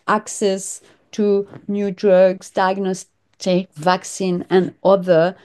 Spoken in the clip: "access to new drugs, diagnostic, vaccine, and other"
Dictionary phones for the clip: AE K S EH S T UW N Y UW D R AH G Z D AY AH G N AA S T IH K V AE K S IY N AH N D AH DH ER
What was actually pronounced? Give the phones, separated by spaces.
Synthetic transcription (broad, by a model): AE K S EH S T UW N Y UW D R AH G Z D AY AH G N AA S T IH K V AE K S IY N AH N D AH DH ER